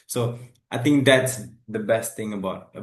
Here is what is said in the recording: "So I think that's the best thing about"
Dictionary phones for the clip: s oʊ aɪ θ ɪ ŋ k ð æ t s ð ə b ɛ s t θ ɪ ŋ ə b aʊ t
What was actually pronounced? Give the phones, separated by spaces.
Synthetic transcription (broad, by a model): s oʊ aɪ t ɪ ŋ k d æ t s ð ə b ɛ s t t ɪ ŋ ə b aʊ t